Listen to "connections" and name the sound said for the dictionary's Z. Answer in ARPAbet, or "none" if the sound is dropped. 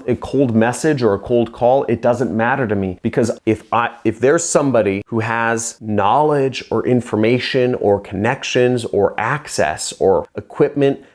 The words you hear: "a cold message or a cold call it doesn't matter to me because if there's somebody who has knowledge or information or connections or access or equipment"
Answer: Z